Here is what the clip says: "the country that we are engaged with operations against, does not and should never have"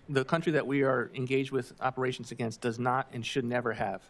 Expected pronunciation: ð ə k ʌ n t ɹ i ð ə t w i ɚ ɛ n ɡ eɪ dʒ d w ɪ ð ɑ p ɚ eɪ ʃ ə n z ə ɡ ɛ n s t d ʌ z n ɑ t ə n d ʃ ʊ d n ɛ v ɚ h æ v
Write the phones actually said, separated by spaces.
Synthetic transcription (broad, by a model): ð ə k ʌ n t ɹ i ð ə t w i ɚ ɛ n ɡ eɪ dʒ d w ɪ ð ɑ p ɚ eɪ ʃ n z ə ɡ ɛ n s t d ʌ z n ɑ t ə n ʃ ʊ d n ɛ v ɚ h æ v